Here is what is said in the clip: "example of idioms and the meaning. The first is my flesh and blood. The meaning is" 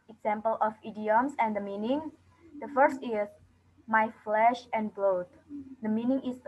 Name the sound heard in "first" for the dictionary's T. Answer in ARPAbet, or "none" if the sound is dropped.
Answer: T